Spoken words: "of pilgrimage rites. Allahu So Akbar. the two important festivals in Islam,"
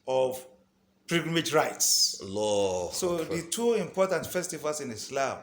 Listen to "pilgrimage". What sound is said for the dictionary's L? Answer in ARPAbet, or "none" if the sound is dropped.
none